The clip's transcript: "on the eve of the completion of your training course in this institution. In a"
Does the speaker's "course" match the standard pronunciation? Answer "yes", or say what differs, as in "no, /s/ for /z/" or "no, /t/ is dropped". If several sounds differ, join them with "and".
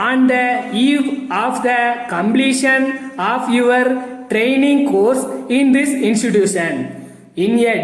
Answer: yes